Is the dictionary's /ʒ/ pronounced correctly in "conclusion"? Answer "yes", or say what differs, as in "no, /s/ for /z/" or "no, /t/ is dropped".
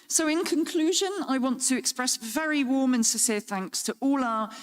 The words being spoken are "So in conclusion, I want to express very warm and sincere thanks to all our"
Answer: yes